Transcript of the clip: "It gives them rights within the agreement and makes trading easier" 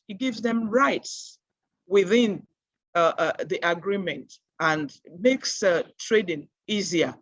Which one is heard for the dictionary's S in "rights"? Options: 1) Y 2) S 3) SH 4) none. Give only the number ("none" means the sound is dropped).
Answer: 2